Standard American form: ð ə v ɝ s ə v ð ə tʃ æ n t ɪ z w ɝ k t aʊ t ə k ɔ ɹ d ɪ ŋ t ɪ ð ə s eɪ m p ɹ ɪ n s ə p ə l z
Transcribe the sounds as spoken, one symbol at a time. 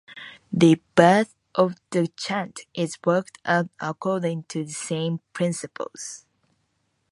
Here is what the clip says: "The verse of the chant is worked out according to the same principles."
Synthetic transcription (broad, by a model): ð ə b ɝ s ə v ð ə tʃ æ n t ɪ z w ɝ k t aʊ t ə k ɔ ɹ d ɪ ŋ t ɪ ð ə s eɪ m p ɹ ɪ n s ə p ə l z